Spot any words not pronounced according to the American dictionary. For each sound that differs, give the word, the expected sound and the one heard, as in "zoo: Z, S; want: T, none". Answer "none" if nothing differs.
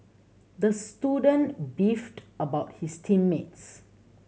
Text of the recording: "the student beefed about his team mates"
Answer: his: Z, S